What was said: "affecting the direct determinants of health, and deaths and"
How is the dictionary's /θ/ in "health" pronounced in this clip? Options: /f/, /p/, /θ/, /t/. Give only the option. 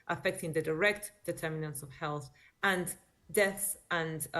/θ/